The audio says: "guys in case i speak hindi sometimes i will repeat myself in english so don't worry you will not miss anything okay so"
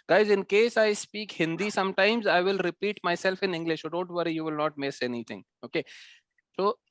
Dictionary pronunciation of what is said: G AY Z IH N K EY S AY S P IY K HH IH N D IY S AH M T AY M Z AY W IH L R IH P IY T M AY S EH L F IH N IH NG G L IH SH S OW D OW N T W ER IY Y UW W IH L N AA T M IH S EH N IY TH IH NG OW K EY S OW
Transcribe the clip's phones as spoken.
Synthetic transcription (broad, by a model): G AY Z IH N K EY S AY S P IY K HH IH N D IY S AH M T AY M Z AY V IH L R IH P IY T M AY S EH L F IH N IH NG G L IH SH S OW D OW N T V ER IY Y UW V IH L N AA T M IH S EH N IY T IH NG OW K EY S OW